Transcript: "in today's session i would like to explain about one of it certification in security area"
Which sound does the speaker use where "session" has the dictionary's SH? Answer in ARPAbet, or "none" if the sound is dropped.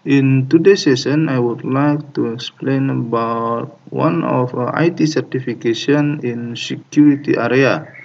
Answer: S